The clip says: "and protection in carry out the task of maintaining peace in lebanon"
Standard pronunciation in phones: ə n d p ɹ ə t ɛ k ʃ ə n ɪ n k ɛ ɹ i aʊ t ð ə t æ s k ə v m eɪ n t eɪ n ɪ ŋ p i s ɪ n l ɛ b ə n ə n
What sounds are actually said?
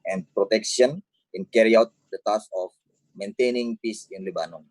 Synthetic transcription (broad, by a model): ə n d p ɹ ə t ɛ k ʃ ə n ɪ n k ɛ ɹ i aʊ t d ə t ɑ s ə f m eɪ n t eɪ n ɪ ŋ p i s ɪ n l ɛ b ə n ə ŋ